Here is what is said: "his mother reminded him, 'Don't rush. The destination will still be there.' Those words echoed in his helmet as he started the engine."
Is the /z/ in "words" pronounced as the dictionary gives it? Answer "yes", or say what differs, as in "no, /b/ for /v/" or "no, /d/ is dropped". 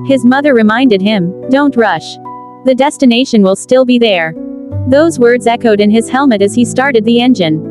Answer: yes